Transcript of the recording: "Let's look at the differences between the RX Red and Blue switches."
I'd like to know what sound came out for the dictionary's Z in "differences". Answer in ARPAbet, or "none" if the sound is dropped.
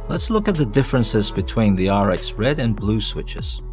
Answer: Z